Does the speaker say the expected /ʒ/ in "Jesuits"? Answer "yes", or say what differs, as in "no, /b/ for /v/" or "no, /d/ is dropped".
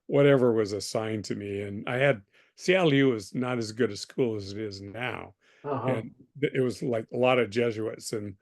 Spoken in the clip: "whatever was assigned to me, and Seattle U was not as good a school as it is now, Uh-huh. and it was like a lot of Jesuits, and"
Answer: yes